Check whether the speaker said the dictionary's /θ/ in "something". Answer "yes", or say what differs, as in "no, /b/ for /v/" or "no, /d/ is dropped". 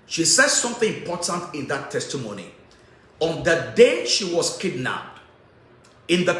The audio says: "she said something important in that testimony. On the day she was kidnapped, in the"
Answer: yes